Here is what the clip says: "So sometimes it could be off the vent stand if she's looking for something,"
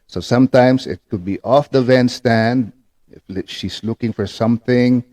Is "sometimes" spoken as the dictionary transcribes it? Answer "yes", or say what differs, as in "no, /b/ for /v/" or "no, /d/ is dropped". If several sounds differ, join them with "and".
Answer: no, /s/ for /z/